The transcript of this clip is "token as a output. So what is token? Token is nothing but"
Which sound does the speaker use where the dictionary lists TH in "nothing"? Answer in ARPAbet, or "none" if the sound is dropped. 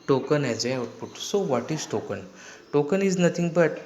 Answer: T